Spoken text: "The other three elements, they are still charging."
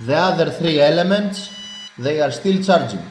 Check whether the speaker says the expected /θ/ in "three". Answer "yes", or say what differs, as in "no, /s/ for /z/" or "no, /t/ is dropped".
yes